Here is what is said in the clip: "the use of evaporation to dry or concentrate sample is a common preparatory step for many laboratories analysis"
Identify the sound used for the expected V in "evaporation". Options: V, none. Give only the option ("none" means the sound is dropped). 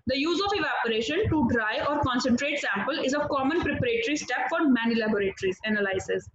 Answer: V